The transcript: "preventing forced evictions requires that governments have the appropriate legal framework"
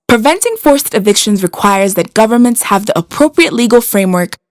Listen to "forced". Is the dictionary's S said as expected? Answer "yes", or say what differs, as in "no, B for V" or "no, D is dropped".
yes